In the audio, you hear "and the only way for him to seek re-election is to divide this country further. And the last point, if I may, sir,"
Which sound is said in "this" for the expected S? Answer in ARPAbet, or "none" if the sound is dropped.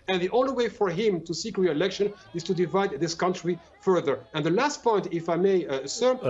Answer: S